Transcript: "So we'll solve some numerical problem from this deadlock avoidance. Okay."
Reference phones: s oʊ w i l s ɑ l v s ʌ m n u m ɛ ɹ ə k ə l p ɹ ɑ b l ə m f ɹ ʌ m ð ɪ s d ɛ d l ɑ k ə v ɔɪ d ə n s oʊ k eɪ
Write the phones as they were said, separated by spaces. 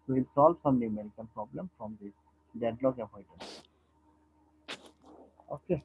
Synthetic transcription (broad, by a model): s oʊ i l s ɑ l v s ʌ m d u m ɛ ɹ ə k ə n p ɹ ɑ b l ə m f ɹ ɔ m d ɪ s d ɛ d l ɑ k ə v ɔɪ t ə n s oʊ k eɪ